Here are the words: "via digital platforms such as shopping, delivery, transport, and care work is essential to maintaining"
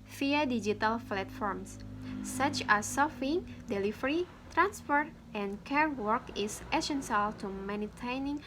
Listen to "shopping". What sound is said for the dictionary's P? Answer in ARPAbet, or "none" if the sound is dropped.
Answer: F